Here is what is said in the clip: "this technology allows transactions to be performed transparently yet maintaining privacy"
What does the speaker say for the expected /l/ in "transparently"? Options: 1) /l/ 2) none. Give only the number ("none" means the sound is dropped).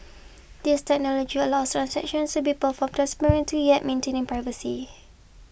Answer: 2